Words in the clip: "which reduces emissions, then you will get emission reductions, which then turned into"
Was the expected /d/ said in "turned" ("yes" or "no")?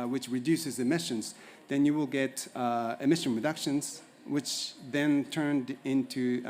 yes